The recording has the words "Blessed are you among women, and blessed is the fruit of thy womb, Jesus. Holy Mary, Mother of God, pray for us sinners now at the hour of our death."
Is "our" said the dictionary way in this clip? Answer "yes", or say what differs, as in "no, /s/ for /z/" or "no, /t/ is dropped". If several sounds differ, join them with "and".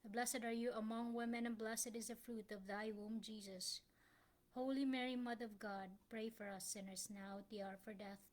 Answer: yes